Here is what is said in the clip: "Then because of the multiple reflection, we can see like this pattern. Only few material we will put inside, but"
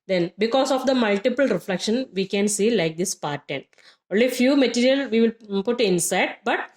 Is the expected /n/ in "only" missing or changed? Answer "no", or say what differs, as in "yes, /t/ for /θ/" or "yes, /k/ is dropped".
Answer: no